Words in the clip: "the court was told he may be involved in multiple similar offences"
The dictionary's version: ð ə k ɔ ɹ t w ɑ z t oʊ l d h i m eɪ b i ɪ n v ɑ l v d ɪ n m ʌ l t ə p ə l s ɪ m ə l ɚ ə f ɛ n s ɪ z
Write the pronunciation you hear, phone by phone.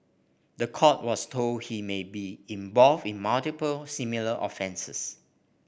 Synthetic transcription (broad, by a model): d ə k ɔ t w ɑ s t oʊ l d h i m eɪ b i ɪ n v ɑ l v ɪ n m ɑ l t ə p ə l s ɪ m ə l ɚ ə f ɛ n s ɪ s